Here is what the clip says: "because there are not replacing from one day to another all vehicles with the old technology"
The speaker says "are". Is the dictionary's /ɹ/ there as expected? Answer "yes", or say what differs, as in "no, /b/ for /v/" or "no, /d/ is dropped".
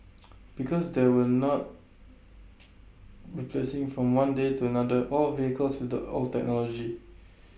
no, /l/ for /ɹ/